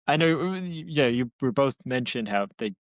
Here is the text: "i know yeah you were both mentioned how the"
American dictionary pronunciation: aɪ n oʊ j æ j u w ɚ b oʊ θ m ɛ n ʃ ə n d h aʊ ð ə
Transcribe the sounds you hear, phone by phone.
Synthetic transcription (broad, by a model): aɪ n oʊ j æ j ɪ w ɚ b oʊ θ m ɛ n ʃ ə n d h aʊ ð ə